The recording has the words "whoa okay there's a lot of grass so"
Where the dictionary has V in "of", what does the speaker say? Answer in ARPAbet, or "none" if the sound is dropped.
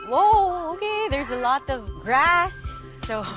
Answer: V